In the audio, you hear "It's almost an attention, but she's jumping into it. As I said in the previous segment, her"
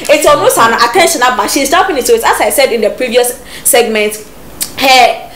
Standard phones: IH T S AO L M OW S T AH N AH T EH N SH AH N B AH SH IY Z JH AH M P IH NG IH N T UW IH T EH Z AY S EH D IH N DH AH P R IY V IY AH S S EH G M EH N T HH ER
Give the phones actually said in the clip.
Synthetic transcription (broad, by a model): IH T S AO M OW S AH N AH T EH N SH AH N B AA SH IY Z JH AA P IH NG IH T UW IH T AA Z AY S EH D IH N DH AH P R IY V IY AH S S EH G M EH N T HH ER